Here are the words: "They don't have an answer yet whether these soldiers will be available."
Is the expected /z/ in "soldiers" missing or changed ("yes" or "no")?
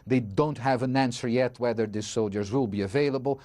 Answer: no